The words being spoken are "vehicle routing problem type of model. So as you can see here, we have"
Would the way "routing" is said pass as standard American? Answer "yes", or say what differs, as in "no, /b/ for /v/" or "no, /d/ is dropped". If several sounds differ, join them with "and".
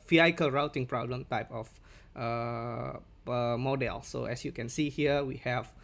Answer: yes